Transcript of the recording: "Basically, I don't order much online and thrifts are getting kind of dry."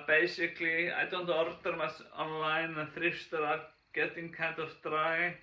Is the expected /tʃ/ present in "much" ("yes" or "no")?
no